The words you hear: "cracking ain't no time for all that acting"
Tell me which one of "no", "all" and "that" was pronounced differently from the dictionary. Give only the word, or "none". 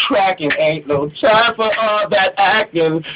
no